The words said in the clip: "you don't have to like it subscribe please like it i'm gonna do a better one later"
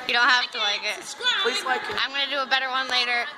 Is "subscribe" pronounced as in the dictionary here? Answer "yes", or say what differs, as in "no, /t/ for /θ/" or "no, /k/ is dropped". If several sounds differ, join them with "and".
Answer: no, /ɹ/ is dropped